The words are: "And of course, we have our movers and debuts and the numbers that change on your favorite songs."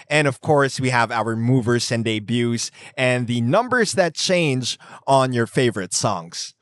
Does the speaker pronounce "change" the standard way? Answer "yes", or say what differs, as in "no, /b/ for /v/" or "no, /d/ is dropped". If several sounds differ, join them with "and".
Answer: yes